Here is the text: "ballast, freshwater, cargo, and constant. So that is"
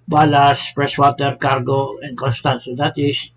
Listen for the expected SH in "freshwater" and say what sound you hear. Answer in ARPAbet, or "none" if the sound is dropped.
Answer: S